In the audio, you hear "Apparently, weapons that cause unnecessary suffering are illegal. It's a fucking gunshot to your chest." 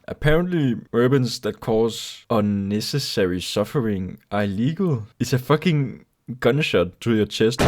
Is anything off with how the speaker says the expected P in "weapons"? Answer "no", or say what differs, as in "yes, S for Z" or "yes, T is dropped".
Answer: yes, B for P